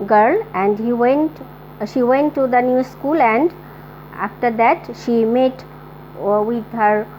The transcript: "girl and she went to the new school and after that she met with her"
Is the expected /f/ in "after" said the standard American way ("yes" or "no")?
yes